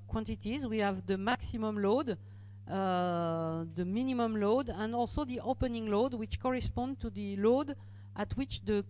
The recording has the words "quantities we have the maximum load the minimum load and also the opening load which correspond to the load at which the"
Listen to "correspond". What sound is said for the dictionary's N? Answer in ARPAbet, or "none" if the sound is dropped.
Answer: N